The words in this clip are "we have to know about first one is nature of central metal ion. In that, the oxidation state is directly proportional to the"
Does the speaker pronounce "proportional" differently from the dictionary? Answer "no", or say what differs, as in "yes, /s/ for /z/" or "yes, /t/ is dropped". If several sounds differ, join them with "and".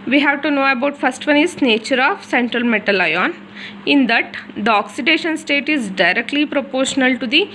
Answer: no